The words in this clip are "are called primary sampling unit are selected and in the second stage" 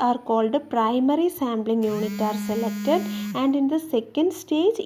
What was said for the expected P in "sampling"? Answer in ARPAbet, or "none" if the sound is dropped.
B